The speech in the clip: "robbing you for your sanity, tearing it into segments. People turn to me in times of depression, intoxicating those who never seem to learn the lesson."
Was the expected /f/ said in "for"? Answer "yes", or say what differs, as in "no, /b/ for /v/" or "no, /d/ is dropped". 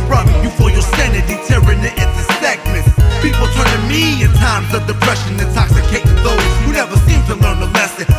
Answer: yes